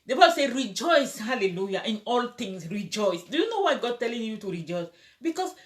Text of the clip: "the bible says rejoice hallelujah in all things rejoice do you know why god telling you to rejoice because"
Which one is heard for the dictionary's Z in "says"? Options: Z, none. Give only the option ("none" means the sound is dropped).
none